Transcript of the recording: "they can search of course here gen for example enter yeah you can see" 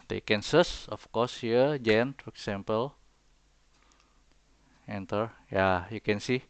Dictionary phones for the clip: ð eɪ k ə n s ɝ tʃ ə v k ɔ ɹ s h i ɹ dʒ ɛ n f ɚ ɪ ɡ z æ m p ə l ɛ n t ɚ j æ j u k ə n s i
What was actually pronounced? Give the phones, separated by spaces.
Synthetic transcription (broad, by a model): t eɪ k ə n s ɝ s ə f k ɔ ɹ s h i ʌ dʒ ɛ n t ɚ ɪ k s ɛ m p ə l ɛ n t ɚ j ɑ j u k ə n s i